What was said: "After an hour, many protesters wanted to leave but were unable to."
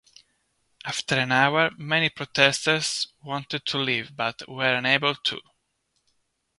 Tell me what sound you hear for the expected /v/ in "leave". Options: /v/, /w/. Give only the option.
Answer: /v/